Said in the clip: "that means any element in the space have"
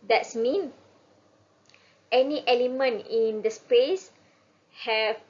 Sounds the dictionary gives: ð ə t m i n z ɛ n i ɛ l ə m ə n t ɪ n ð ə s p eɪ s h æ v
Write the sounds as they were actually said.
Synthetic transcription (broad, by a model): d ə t m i n ɛ n i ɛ l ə m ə n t ɪ n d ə s p eɪ s h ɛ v